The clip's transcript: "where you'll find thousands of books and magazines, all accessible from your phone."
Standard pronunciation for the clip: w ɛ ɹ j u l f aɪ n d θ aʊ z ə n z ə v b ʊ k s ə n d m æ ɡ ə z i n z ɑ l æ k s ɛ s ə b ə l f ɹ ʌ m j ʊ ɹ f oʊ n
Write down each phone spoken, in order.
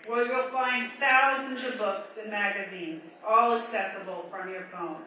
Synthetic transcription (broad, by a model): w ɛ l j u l f aɪ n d θ aʊ z ə n z ə v b ʊ k s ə n m æ ɡ ə z i n z ɑ l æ k s ɛ s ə b l f ɹ ʌ m j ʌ ɹ f oʊ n